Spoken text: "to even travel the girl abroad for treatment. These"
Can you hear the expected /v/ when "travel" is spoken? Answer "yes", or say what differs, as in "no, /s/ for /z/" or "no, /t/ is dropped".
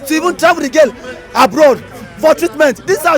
no, /v/ is dropped